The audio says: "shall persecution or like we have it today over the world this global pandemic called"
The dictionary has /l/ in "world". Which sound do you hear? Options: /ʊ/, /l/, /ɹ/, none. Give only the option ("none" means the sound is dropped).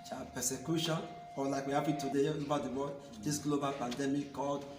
none